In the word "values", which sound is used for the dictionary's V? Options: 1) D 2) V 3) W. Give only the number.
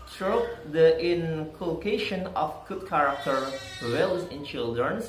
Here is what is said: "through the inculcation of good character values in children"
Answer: 3